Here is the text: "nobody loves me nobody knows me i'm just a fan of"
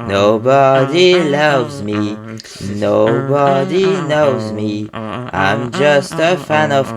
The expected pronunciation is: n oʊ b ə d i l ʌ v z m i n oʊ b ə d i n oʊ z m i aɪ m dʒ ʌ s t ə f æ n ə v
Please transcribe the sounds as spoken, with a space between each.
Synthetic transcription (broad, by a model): n oʊ b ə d i l ʌ v z m i n oʊ b ə d i n oʊ z m i aɪ m dʒ ʌ s t ə f æ n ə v